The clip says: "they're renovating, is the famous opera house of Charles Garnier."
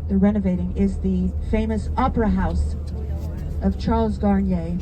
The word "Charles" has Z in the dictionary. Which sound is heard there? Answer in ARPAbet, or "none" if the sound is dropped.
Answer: Z